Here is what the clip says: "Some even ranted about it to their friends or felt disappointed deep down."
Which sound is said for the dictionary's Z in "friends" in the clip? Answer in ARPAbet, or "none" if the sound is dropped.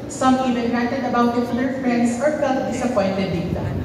S